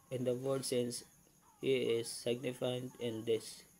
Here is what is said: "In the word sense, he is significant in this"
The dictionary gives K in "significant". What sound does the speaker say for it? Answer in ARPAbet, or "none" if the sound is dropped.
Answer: none